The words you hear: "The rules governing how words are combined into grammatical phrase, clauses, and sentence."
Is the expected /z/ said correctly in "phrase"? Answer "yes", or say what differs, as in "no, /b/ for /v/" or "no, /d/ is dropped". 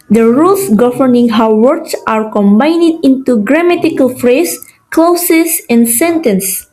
no, /s/ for /z/